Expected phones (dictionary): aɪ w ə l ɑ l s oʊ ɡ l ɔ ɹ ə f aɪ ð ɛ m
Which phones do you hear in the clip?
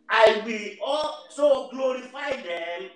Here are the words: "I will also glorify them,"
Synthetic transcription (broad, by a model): aɪ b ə ɑ l s oʊ ɡ l ɔ ɹ ə f aɪ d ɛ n